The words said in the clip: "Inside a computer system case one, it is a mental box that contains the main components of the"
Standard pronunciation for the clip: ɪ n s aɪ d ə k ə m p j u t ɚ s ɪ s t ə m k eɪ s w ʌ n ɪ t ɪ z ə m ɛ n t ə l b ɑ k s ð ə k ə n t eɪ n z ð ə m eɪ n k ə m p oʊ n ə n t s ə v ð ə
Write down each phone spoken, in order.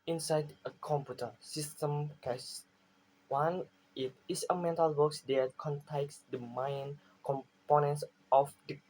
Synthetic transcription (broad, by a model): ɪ n s aɪ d ə k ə m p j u t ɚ s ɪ s t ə m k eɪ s w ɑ n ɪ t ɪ s ə m ɛ n t ə l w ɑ k s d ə k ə n t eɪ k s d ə m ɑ n k ə m p oʊ n ə n t s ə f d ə